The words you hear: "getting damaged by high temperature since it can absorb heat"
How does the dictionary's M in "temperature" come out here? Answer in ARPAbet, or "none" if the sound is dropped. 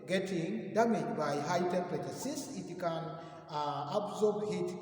none